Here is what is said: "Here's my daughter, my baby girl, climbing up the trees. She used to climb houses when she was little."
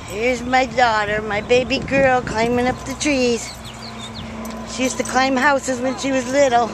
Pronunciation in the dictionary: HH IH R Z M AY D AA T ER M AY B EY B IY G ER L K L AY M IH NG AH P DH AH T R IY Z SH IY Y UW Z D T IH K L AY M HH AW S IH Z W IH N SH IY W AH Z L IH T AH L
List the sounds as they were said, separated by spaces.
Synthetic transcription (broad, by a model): HH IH R Z M AY D AA T ER M AY B EY B IY G ER L K L AY M IH NG AH P DH AH T R IY Z SH IY Y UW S T IH K L AY M HH AW S IH Z W IH N SH IY W AH Z L IH T L